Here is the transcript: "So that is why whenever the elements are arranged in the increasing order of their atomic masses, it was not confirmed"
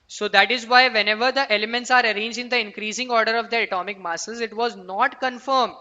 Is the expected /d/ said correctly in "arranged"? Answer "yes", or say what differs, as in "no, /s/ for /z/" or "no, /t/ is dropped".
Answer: no, /d/ is dropped